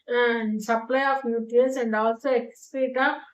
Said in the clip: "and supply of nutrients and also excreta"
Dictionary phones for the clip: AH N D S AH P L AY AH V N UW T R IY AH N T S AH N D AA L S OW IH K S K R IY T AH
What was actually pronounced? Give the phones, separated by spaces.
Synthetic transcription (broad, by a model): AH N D S AH P L AY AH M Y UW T IY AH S AH N D AA L S OW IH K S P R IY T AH